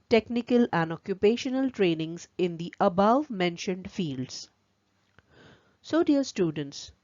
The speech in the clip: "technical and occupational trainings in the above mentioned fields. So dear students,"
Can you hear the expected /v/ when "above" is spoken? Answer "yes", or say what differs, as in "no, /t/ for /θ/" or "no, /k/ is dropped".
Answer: yes